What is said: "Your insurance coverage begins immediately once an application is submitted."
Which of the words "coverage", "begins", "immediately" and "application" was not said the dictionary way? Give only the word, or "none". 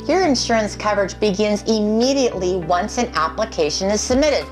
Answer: none